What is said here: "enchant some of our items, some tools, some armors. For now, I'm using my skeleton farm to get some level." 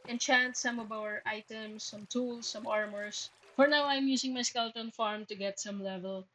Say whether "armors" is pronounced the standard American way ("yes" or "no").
no